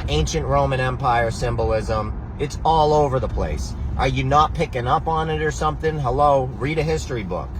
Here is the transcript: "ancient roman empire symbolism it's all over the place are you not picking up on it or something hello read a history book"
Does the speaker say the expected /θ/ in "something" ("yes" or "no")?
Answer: yes